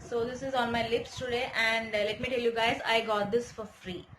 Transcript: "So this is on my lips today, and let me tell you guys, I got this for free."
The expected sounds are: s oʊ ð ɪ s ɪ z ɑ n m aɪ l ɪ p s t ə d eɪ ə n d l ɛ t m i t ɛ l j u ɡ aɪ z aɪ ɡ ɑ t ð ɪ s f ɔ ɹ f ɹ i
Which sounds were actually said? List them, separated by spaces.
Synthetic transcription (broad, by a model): s oʊ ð ɪ s ɪ z ɑ n m aɪ l ɪ p s t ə d eɪ ə n d l ɛ t m i t ɛ l j u ɡ aɪ z aɪ ɡ ɑ t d ɪ s f ɔ ɹ f ɹ i